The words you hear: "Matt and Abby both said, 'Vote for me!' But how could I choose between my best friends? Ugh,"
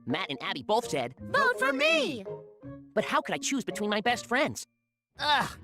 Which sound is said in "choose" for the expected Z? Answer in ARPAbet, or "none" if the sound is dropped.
Z